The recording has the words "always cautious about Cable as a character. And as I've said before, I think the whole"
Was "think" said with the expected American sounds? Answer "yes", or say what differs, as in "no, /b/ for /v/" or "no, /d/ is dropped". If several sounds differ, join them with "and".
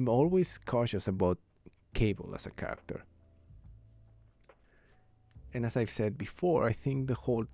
yes